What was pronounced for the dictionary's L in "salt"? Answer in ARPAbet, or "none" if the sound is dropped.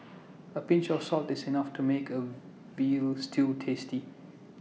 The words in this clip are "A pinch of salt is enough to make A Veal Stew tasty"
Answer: L